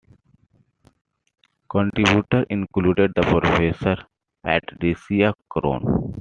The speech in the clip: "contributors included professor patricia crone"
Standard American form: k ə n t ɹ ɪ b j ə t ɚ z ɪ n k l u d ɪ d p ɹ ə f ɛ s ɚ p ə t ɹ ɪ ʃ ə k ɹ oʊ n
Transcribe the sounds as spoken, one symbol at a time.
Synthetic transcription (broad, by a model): k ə n t ɹ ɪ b j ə t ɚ ɪ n k l u d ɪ d p ɹ ə f ɛ s ɚ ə t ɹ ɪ s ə k ɹ oʊ n